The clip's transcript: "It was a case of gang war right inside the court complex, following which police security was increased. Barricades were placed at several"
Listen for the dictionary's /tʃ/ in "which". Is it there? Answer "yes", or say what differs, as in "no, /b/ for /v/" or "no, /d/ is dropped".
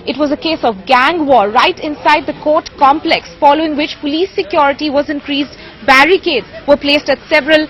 yes